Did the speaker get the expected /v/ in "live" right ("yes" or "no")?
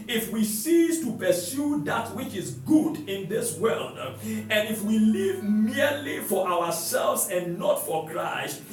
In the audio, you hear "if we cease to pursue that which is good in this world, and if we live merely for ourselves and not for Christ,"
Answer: yes